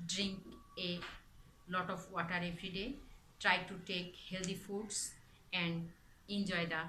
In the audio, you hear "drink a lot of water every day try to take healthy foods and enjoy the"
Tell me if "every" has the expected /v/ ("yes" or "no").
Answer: no